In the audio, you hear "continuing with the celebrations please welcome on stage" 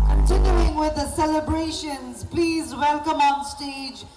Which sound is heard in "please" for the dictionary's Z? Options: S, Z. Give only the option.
Z